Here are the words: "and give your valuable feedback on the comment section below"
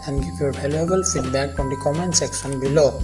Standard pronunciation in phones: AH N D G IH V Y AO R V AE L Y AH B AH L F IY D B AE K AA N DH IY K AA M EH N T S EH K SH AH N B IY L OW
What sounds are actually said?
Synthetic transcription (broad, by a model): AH N G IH P Y AO R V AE L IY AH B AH L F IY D B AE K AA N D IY K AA M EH N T S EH K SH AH N B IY L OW